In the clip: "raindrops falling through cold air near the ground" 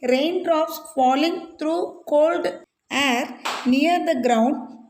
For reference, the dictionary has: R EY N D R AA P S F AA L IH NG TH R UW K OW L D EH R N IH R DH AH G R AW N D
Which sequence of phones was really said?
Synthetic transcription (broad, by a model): R EY N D R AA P S F AA L IH NG T R UW K OW L D EH R N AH R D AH G R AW N D